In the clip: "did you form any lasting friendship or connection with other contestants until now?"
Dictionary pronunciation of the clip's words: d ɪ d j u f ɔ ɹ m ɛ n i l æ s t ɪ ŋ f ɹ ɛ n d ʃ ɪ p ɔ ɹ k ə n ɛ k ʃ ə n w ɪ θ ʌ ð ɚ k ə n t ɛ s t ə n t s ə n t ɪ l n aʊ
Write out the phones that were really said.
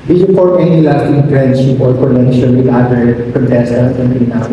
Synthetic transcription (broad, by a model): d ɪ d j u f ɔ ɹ ɛ n i l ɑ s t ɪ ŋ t ɹ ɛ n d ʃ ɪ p ɔ ɹ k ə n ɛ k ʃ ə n w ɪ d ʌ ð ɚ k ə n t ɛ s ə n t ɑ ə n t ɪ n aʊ